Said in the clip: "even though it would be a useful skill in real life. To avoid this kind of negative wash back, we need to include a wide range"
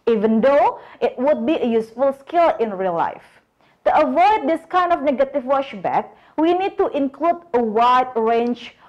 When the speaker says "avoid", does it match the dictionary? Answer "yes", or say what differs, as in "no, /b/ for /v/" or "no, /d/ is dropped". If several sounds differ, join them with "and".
yes